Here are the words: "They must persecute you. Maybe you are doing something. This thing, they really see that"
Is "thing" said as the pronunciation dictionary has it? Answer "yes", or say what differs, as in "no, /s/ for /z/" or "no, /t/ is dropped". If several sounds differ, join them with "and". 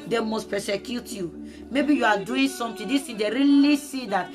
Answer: no, /t/ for /θ/